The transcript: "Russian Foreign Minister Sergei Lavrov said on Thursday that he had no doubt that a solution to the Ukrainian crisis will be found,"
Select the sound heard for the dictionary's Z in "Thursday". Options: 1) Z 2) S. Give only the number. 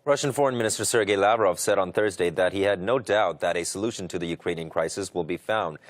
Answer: 1